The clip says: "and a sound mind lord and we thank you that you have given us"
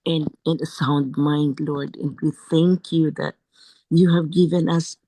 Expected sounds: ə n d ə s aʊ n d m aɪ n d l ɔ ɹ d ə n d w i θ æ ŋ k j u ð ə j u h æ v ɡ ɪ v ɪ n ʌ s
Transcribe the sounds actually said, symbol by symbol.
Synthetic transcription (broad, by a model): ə n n ə s aʊ n d m aɪ n d l ɔ ɹ d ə n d w i θ æ ŋ k j u ð ə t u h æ v ɡ ɪ v ɪ n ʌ s